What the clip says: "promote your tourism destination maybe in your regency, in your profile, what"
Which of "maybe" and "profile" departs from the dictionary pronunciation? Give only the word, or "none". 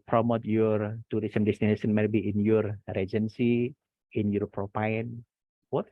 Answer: profile